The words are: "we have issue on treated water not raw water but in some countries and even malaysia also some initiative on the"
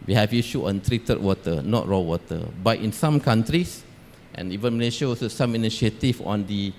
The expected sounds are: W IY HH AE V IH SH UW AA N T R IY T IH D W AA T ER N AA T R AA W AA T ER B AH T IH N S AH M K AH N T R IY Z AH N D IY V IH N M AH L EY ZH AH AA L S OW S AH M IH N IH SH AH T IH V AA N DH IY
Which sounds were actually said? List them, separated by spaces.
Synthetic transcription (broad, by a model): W IY HH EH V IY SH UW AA N T R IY T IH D W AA T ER N AA T R AA W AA T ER B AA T IH N S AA M K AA N T R IY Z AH N IY V IH N M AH L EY SH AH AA S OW S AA M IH N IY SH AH T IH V AA N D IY